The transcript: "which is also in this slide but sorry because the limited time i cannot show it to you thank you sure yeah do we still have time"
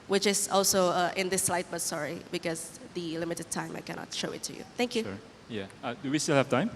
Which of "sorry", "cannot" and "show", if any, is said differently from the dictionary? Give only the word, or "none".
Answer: none